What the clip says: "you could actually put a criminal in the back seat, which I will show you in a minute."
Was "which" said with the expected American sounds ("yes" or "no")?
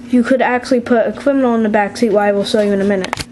no